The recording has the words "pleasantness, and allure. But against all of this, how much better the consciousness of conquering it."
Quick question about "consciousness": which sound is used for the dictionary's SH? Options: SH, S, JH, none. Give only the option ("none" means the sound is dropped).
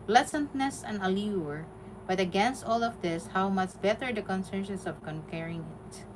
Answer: S